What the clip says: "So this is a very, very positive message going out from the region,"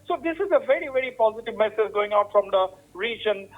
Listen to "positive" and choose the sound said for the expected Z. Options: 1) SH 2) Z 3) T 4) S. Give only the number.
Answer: 2